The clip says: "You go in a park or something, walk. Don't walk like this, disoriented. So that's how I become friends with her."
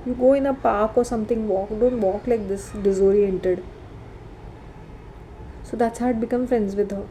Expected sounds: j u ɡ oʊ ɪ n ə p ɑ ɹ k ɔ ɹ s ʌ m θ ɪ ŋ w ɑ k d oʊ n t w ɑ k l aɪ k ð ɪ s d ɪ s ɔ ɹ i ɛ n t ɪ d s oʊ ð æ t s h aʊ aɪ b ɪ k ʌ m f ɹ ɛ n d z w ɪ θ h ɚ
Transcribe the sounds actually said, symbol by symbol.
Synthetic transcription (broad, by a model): j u ɡ oʊ ɪ n ə p ɑ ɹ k ɔ ɹ s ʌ m t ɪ ŋ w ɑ k d oʊ n t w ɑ k l aɪ k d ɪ s d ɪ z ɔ ɹ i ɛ n t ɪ d s oʊ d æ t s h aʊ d b ɪ k ʌ m f ɹ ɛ n d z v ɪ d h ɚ